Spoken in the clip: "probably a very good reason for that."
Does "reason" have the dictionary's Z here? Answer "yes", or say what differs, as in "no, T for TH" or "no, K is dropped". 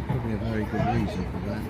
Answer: yes